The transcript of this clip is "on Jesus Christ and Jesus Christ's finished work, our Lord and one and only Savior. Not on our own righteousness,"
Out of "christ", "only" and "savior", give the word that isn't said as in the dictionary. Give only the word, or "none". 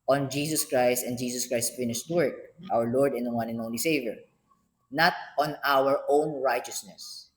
none